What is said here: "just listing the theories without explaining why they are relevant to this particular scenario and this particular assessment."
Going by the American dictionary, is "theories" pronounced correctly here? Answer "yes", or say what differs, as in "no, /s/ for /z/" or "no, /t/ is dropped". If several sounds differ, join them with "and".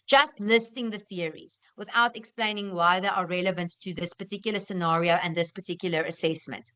yes